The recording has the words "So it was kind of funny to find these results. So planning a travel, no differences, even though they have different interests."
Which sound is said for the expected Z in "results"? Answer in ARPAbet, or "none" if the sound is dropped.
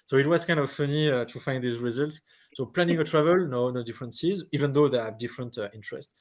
Z